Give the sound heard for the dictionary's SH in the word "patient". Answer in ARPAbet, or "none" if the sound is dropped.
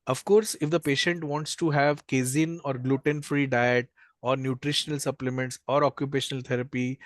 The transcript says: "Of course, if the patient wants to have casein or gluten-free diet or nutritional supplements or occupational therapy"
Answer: SH